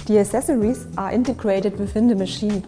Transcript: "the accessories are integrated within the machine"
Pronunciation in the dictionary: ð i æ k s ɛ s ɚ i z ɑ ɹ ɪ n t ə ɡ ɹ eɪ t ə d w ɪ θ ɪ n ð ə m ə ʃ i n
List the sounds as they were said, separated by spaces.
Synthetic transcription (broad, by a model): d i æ s ɛ s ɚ i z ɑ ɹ ɪ n t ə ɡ ɹ eɪ t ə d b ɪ f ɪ n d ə m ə ʃ i n